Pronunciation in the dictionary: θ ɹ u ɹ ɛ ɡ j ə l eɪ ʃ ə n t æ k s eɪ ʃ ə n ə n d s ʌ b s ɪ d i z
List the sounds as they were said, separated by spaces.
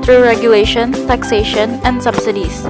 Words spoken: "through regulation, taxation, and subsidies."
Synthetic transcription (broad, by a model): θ ɹ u ɹ ɛ ɡ j ə l eɪ ʃ ə n t æ k s eɪ ʃ ə n ə n d s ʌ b s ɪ d i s